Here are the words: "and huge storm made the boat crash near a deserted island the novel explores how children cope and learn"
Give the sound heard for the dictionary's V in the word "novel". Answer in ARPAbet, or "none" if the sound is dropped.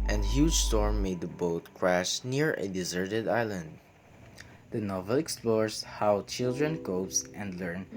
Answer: V